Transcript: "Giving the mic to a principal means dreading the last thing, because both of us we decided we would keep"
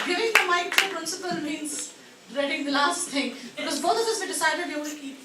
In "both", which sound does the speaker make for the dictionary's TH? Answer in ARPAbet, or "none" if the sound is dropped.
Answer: T